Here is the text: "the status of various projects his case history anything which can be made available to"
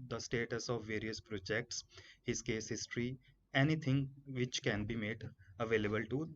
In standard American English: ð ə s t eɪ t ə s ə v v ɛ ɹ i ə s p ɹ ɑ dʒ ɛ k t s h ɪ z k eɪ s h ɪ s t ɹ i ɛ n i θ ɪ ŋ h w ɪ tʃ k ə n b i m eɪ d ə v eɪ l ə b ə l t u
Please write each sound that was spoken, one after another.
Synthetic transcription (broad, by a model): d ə s t eɪ t ə s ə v v ɛ ɹ i ə s p ɹ ɑ dʒ ɛ k t s h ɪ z k eɪ s h ɪ s t ɹ i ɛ n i t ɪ ŋ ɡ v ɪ tʃ k ə n b i m eɪ d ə v eɪ l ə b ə l t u